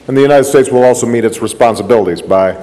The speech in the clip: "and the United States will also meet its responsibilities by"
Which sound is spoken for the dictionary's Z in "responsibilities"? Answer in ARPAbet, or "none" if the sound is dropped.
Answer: Z